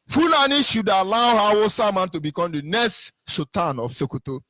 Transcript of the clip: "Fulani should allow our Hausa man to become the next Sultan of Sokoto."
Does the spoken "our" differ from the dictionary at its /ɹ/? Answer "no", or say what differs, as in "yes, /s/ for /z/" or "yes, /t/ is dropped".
yes, /w/ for /ɹ/